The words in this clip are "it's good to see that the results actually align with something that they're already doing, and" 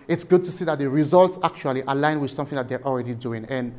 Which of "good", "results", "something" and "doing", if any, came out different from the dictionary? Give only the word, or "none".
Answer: none